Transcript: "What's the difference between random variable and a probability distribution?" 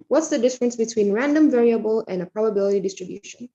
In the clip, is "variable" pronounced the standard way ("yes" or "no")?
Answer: yes